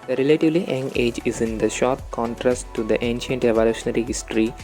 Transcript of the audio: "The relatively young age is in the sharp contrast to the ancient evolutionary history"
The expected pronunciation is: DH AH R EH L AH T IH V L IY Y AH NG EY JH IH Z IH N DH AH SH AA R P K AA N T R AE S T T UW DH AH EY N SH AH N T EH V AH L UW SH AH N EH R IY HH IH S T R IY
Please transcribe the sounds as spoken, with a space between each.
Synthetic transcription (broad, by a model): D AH R EH L AH T IH V L IY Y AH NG EY JH IH Z IH N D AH SH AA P K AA N T R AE S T T UW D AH EY N SH AH N T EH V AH L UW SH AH N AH R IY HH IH S T R IY